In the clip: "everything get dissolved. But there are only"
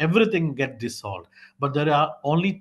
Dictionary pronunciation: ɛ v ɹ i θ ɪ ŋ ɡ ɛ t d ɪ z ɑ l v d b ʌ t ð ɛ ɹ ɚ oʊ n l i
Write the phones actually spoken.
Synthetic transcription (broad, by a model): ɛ v ɹ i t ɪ ŋ ɡ ɛ t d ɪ s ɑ l d b ʌ t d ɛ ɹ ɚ oʊ n l i